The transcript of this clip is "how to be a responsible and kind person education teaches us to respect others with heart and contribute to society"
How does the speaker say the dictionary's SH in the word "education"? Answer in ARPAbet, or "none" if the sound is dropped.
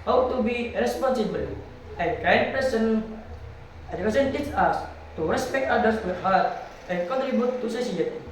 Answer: S